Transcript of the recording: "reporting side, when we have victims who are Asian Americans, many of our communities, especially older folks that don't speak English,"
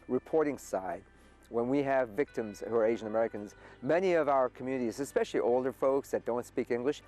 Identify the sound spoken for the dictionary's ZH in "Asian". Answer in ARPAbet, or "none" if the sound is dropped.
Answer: ZH